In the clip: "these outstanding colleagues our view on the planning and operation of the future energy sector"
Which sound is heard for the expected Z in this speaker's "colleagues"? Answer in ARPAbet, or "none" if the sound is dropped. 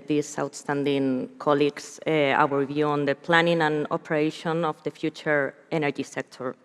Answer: S